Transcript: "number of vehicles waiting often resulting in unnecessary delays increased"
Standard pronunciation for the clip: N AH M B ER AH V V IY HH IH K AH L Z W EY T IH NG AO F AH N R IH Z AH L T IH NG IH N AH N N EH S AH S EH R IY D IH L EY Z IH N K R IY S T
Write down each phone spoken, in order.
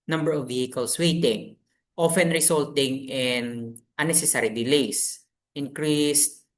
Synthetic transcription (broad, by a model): N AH M B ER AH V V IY HH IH K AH L S W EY T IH NG AO F AH N R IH S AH L T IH NG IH N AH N N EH S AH S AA R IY D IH L EY S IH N K R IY S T